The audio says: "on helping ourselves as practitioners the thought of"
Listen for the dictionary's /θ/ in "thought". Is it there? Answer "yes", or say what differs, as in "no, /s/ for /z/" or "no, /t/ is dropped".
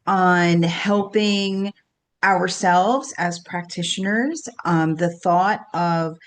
yes